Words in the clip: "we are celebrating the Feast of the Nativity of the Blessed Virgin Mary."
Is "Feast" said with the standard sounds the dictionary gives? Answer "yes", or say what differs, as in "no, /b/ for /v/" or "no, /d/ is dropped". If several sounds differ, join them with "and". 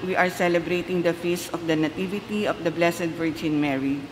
no, /t/ is dropped